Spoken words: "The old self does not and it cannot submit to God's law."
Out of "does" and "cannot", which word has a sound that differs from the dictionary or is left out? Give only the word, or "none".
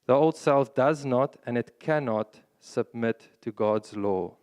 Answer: none